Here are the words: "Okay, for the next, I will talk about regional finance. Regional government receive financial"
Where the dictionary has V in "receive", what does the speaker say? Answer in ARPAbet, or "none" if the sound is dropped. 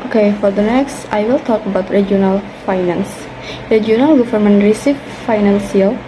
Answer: F